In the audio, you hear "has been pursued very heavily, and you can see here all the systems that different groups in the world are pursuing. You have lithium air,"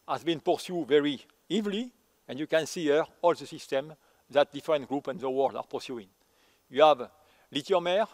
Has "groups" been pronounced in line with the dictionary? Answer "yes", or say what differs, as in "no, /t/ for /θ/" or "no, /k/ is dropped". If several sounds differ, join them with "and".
no, /s/ is dropped